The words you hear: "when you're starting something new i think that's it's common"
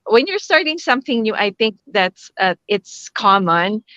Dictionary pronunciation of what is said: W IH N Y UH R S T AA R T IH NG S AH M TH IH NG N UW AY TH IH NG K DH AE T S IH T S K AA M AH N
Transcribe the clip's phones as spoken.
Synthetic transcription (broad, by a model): W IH N Y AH R S T AA R T IH NG S AH M TH IH NG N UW AY TH IH NG K DH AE T S IH T S K AA M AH N